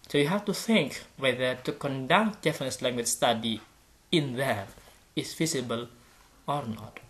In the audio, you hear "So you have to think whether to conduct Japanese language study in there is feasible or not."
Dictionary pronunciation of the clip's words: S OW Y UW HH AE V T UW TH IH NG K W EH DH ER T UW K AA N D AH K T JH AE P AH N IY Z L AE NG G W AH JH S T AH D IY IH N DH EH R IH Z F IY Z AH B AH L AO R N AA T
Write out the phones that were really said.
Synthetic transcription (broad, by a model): S OW Y UW HH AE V T UW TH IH NG K W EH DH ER T UW K AA N D AH K T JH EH F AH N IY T L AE NG G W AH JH S T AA D IY IH N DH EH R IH S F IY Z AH B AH L AO R N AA T